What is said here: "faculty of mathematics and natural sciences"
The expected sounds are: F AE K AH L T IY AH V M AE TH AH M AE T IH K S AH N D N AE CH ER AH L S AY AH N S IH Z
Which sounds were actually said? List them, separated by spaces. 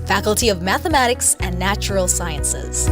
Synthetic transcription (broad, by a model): F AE K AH L T IY AH V M AE TH AH M AE T IH K S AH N N AE CH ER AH L S AY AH N S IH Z